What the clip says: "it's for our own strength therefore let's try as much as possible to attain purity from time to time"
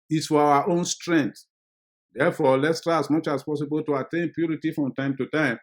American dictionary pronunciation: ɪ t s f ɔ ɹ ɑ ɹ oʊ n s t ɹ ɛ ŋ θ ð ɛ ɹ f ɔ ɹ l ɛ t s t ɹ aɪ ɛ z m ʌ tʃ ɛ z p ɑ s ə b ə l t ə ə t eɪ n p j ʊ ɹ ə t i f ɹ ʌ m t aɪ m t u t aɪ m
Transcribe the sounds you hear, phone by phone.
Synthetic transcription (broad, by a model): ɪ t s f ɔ w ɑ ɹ oʊ n s t ɹ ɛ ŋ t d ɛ f ɔ l ɛ t s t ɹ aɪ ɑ s m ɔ tʃ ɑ s p ɑ s ə b ə l t ə ə t eɪ n p j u ɹ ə t i f ɹ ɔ m t aɪ m t u t aɪ m